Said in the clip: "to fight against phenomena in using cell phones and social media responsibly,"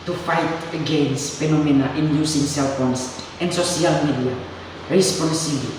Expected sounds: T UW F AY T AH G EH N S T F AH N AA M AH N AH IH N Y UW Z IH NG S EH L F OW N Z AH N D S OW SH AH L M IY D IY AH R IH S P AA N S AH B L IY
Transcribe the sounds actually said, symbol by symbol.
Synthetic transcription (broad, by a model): T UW F AY T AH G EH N S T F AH N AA M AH N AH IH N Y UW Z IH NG S EH L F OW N S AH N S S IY AH L M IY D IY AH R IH S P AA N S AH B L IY